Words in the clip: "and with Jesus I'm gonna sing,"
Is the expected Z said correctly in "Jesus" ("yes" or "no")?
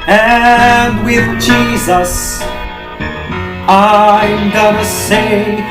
yes